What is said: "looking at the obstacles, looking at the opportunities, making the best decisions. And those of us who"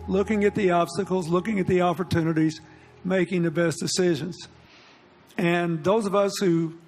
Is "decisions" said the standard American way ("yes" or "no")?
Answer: yes